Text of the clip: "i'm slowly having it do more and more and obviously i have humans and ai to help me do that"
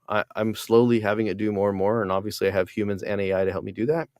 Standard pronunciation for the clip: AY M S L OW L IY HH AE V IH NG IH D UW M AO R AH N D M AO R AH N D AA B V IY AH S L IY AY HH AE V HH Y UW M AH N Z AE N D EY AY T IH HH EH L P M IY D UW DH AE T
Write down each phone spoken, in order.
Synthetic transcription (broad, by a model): AY M S L OW L IY HH AE V IH NG IH D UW M AO R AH N M AO R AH N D AA B V IY AH S L IY AY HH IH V HH Y UW M AH N Z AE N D EY AY T IH HH EH L P M IY D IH DH AE T